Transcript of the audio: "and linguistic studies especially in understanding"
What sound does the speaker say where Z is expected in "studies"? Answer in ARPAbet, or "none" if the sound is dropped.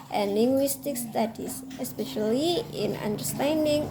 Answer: S